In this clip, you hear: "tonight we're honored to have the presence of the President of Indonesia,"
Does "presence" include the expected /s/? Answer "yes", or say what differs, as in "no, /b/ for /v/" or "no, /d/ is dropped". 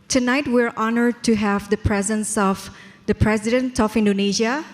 yes